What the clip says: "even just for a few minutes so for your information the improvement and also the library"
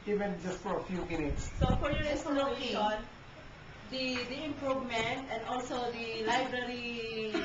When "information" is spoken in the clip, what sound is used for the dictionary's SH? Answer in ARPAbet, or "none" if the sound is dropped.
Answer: none